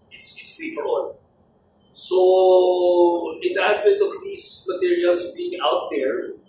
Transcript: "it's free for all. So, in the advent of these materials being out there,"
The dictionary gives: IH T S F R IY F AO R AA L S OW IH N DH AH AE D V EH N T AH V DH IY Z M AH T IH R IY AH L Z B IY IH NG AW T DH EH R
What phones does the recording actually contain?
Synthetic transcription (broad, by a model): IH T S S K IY F AO R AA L S OW IH N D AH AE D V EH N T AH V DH IY S M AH T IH R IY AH L S B IY IH NG AW T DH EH R